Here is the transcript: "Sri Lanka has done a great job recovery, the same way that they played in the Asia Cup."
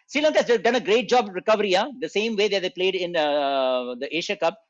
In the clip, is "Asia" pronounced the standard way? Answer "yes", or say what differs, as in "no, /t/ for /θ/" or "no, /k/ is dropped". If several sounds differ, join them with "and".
no, /ʃ/ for /ʒ/